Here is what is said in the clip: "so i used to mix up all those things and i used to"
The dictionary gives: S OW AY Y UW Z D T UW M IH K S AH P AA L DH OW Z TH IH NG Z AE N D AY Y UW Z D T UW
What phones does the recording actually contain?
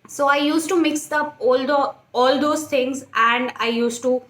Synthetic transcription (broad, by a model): S OW AY Y UW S T UW M IH K S AH P AA L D OW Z T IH NG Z AE N D AY Y UW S T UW